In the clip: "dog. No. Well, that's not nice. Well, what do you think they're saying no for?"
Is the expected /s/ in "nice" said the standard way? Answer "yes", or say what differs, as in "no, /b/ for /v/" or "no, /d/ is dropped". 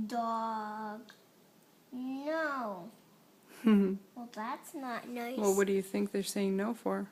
no, /s/ is dropped